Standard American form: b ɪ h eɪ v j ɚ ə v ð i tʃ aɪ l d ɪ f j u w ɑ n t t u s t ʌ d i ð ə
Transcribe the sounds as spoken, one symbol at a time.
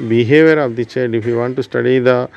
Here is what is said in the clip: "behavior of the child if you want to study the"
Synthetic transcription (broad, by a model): b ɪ h eɪ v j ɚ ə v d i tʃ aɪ d ɪ f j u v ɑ n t t u s t ʌ d i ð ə